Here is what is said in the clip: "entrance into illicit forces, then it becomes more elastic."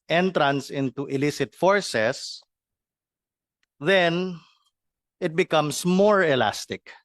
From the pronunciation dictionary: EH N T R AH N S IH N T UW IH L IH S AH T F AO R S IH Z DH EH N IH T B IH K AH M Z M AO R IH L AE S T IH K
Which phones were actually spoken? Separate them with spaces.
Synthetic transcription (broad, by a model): EH N T R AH N S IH N T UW IH L IH S AH T F AO R S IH S DH EH N IH T B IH K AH M S M AO R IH L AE S T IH K